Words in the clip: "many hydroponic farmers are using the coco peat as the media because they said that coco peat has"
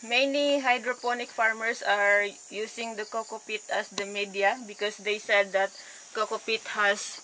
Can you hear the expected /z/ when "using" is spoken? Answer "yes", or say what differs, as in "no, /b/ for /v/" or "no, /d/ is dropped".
no, /s/ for /z/